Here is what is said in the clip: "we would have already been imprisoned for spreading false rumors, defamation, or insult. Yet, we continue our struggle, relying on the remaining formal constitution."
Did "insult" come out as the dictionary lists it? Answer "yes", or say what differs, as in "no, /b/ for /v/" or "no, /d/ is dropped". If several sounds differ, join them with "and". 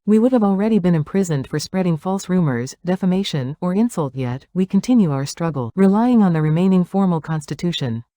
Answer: yes